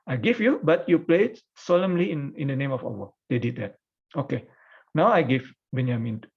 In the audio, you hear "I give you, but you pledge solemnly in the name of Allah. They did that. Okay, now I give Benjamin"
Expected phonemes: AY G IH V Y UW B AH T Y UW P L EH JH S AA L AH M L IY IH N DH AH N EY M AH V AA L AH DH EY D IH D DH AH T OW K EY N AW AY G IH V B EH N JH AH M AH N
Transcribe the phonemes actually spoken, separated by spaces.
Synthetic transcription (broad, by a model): AY G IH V Y UW B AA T Y UW P L EH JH S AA L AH M L IY IH N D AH N EY M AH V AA W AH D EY D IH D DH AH T OW K EY N AW AY G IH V B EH N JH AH M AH N